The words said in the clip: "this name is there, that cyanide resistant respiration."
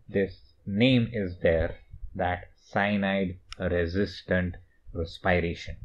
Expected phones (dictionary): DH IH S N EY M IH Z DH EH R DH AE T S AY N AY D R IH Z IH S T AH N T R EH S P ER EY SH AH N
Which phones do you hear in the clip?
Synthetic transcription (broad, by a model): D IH S N EY M IH Z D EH R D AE T S AY N AY D R IH Z IH S T AH N T R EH S P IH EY SH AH N